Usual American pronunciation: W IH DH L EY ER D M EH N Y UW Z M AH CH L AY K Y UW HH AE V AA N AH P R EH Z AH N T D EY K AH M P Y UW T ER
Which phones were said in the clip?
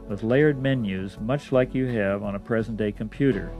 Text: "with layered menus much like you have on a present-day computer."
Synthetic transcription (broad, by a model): W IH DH L EY ER D M EH N Y UW Z M AH CH L AY K Y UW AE V N AH P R EH Z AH N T D EY K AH M P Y UW T ER